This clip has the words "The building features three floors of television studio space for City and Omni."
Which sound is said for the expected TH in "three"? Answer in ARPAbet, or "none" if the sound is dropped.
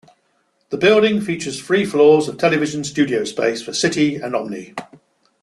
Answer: F